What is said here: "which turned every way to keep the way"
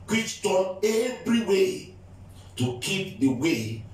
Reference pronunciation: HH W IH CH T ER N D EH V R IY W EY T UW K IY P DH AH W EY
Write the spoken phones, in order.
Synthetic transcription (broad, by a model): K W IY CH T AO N EH V R IY W EY T UW K IY P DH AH W EY